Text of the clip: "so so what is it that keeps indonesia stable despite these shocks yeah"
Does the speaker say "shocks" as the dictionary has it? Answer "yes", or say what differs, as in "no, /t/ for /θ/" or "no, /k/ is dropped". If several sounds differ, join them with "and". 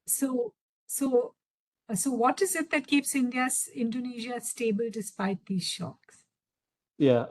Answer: yes